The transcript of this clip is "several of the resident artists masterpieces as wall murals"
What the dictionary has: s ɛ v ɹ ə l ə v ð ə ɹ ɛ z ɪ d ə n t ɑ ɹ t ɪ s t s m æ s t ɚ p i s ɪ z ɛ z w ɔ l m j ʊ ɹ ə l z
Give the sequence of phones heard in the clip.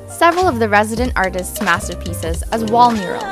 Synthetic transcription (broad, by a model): s ɛ v ɹ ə l ə v ð ə ɹ ɛ z ɪ d ə n t ɑ ɹ t ɪ s t s m æ s t ɚ p i s ɪ z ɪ z w ɔ l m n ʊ ɹ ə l